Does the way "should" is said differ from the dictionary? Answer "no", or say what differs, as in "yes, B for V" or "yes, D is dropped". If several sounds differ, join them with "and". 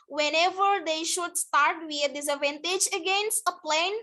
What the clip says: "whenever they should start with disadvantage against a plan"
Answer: no